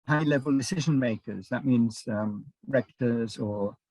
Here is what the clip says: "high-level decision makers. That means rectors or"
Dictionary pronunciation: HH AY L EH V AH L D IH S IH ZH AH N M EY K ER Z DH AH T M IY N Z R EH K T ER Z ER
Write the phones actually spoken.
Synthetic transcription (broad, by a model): HH AY L EH V AH L D IH S IH ZH AH N M EY K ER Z DH AH T M IY N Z R EH K T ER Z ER